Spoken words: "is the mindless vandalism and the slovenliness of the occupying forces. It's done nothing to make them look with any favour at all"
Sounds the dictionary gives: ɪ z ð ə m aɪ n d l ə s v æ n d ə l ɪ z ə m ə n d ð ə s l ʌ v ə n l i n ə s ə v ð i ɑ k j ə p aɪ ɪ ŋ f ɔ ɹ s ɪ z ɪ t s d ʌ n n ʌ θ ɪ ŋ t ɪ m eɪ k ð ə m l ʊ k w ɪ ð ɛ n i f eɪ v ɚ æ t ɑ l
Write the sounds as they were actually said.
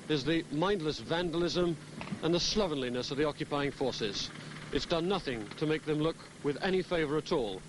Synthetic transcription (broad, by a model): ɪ z ð ə m aɪ n d l ə s v æ n d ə l ɪ z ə m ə n ð ə s l ʌ v ə n l i n ə s ə v ð i ɑ k j ə p aɪ ɪ ŋ f ɔ ɹ s ɪ z ɪ t s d ʌ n n ʌ θ ɪ ŋ t ɪ m eɪ k ð ə m l ʊ k w ɪ ð ɛ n i f eɪ v ɚ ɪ t ɑ l